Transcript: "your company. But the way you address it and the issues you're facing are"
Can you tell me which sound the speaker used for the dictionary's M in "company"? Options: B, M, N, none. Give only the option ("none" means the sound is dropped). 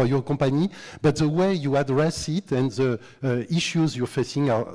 none